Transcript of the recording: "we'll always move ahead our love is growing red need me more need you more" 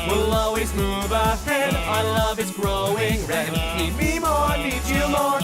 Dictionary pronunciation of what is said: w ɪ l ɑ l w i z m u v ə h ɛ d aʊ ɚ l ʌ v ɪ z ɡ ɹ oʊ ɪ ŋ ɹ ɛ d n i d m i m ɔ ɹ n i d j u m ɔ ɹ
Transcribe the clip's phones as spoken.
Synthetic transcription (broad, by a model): w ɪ l ɑ l w i z m u v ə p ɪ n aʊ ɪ l ʌ v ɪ s ɡ ɹ oʊ ɪ ŋ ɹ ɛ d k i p m i m ɔ ɹ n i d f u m ɔ ɹ